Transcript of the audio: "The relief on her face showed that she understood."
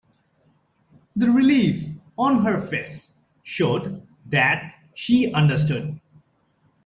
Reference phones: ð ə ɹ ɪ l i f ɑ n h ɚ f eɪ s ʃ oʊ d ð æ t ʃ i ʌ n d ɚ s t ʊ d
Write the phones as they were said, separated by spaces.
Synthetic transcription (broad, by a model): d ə ɹ ɪ l i f ɑ n h ɚ f eɪ s ʃ oʊ d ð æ t ʃ i ʌ n d ɚ s t ʊ d